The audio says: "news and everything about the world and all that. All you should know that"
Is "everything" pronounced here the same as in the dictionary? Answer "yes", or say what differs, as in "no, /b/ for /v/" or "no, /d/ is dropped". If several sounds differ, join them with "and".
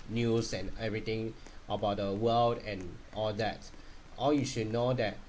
no, /t/ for /θ/